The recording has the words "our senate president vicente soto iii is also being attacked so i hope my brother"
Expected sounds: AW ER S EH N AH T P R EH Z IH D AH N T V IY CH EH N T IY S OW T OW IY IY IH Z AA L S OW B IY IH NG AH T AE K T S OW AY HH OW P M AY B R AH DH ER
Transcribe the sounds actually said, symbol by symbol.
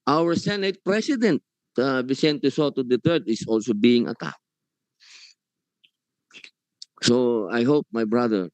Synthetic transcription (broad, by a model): AW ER S EH N AH T P R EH S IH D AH N T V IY S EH N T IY S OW T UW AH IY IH S AA L S OW B IY IH NG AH T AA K S OW AY HH OW P M AY B R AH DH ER